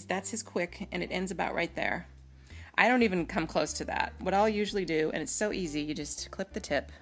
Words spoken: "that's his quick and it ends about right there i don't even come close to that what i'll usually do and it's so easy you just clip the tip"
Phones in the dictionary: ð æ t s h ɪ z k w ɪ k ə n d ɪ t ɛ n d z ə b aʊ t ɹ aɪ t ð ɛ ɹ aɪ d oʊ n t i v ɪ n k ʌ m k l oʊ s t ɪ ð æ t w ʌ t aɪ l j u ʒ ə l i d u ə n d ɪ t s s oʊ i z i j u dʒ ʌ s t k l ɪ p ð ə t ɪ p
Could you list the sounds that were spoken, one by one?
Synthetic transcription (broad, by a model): ð æ t s h ɪ z k w ɪ k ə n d ɪ t ɛ n d z ə b aʊ t ɹ aɪ t ð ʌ ɹ aɪ d oʊ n t i v ɪ n k ʌ m k l oʊ s t ɪ ð æ t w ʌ t aɪ l j u ʒ l i d u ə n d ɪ t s s oʊ i z i j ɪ dʒ ʌ s t k l ɪ p ð ə t ɪ p